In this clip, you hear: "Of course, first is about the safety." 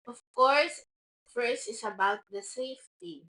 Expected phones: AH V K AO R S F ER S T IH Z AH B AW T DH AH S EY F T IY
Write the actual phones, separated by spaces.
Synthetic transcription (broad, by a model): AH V K AO R S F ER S IH S AH B AW T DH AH S EY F T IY